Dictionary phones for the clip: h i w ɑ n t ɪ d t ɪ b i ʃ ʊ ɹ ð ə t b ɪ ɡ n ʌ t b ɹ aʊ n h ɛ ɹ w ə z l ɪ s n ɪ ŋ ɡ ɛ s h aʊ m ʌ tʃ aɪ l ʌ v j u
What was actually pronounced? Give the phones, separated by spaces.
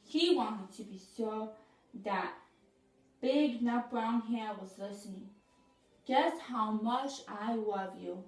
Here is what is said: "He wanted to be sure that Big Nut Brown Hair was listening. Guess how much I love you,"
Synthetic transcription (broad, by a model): h i w ɑ n t ɪ d t ɪ b i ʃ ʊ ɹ ð ə t b ɪ ɡ n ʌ b ɹ aʊ n h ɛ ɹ w ə z l ɪ s n ɪ ŋ ɡ ɛ s h aʊ m ʌ tʃ aɪ l ʌ v j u